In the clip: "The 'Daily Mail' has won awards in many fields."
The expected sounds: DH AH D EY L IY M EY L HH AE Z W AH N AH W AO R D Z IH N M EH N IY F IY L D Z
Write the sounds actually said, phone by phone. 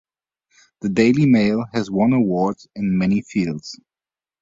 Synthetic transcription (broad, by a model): DH AH D EY L IY M EY L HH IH Z W AH N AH W AO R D IH N M EH N IY F IY L D Z